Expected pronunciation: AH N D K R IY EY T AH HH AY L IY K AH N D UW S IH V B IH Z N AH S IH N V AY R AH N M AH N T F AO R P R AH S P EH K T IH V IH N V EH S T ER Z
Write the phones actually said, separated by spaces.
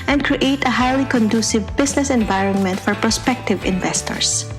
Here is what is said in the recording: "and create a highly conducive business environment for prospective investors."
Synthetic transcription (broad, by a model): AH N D K R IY EY T AH HH AY L IY K AH N D UW S IH V B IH S N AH S IH N V AY R AH N M AH N T F AO R P R AH S P EH K T IH V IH N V EH S T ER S